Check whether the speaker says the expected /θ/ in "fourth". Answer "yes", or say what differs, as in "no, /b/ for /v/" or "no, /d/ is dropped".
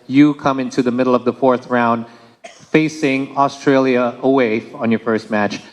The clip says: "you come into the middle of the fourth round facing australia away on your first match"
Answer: yes